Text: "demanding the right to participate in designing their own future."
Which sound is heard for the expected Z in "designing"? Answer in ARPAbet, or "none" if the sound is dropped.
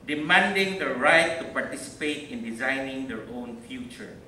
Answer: Z